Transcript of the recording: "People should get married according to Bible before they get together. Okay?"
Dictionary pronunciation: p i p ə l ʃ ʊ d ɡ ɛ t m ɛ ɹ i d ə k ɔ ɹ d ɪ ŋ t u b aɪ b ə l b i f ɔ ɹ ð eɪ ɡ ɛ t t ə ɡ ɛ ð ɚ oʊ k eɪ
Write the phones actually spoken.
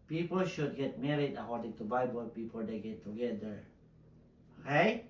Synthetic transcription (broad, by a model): p i p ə l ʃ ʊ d ɡ ɛ t m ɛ ɹ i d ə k ɔ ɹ d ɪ ŋ t u b aɪ b ə l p i p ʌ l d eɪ ɡ ɛ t t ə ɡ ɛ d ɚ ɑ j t